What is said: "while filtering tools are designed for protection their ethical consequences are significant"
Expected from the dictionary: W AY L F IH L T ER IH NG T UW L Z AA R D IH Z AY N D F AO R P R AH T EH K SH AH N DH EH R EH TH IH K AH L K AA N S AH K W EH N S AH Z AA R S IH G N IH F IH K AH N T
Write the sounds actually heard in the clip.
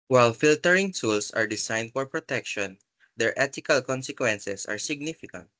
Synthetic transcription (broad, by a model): W AY L F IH L T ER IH NG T UW L S AA R D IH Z AY N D F AO R P R AH T EH K SH AH N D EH R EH T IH K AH L K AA N S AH K W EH N S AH S AA R S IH G N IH F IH K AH N T